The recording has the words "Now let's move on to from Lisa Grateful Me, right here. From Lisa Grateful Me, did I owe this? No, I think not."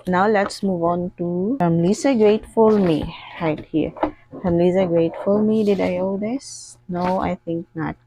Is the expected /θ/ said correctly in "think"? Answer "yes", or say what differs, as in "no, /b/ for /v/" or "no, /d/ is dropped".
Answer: no, /t/ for /θ/